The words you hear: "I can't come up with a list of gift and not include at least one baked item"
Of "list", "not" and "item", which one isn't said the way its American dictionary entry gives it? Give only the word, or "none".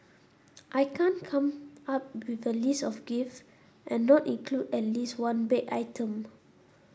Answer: list